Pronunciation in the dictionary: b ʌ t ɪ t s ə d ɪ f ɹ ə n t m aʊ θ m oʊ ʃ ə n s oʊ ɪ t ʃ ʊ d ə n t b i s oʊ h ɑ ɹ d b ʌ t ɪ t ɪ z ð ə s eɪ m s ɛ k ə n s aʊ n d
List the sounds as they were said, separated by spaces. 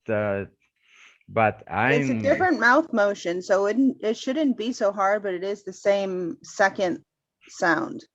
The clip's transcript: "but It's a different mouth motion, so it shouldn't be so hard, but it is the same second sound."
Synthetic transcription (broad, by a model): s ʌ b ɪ t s ə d ɪ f ɹ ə n m aʊ θ m oʊ ʃ ə n s oʊ ɪ t ʃ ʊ d n b i s oʊ h ɑ ɹ d b ʌ t ɪ t ɪ z ð ə s eɪ m s ɛ k ə n s aʊ n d